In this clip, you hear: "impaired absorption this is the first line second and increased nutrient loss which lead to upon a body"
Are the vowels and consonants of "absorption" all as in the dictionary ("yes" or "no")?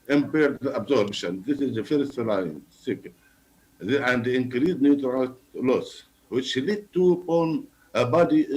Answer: no